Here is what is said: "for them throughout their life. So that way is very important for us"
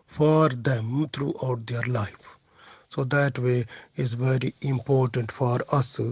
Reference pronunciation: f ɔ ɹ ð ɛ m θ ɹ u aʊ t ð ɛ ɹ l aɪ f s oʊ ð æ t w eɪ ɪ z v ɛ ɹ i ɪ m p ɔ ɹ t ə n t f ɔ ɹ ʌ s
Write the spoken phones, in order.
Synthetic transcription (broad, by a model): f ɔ ɹ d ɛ m t ɹ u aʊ t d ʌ ɹ l aɪ f s oʊ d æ t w eɪ ɪ z v ɛ ɹ i ɪ m p ɔ ɹ t ə n t f ɔ ɹ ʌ s